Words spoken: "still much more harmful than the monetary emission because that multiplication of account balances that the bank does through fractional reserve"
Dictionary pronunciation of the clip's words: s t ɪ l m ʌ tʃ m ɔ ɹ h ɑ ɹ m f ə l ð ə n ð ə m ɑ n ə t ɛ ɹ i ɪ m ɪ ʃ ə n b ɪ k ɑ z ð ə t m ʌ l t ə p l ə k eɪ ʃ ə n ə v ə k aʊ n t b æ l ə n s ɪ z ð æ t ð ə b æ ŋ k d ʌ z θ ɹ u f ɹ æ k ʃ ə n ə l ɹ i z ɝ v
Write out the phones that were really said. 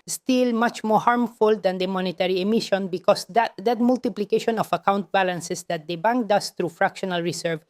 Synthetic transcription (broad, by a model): s t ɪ l m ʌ tʃ m ɔ ɹ h ɑ ɹ m f ə l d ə n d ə m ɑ n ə t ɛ ɹ i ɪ m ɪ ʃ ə n b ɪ k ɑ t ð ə t m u l t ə p l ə k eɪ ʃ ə n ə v ə k aʊ n t b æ l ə n s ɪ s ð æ t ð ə b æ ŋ k d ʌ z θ ɹ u f ɹ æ k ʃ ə n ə l ɹ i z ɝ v